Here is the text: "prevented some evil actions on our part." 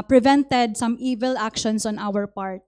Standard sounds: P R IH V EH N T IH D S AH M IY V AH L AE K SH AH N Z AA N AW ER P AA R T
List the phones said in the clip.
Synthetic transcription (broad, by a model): P R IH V EH N T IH D S AH M IY V AH L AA K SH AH N S AA N AW ER P AA R T